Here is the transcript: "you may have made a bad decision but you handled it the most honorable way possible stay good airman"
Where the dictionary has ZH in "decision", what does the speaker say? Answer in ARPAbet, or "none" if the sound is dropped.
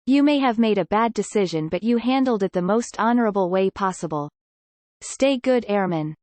ZH